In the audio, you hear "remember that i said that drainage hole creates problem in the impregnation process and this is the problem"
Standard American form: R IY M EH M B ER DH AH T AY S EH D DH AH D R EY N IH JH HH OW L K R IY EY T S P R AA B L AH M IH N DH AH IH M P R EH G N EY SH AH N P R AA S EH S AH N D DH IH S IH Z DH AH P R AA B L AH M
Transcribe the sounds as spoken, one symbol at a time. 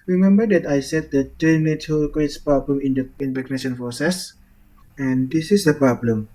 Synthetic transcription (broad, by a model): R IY M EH M B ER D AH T AY S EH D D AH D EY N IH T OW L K W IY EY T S P R AA B L AH M IH N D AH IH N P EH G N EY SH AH N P R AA S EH S AH N D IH S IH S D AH P R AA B L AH M